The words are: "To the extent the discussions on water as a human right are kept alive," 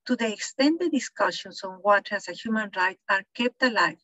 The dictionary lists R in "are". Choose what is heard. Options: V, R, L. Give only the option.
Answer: R